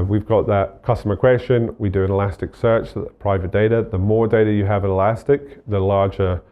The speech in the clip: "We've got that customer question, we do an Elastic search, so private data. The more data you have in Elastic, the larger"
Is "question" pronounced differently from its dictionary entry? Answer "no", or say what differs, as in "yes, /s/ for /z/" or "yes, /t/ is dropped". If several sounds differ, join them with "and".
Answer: no